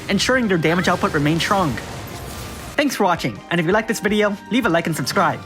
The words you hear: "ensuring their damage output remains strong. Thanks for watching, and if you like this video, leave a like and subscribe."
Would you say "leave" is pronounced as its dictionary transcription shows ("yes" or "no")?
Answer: yes